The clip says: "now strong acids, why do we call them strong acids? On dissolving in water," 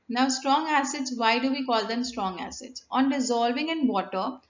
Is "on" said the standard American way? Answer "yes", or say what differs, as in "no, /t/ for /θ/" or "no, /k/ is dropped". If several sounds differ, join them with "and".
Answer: yes